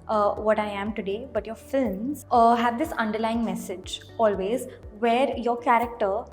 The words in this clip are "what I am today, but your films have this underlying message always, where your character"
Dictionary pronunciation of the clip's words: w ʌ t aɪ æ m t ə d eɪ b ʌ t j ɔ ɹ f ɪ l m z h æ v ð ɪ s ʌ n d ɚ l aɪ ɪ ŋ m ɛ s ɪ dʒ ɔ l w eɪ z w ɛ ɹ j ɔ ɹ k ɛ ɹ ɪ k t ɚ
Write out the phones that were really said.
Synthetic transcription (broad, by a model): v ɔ t aɪ æ m t ə d eɪ b ʌ t j ɔ ɹ f ɪ l m z h æ v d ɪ s ʌ n d ɚ l aɪ ɪ ŋ m ɛ s ɪ dʒ ɔ l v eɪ z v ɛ ɹ j ɔ ɹ k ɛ ɹ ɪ k t ɚ